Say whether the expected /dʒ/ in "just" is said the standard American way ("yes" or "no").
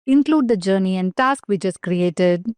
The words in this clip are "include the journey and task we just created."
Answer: no